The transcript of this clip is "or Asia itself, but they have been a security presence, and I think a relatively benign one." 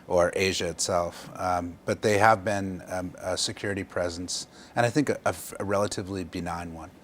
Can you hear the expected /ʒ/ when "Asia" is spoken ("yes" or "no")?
yes